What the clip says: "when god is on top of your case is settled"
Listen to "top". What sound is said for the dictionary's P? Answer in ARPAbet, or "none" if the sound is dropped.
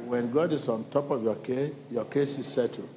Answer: P